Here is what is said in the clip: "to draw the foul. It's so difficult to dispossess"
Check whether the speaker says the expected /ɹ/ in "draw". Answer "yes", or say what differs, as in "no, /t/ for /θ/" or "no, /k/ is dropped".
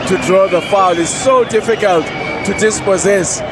yes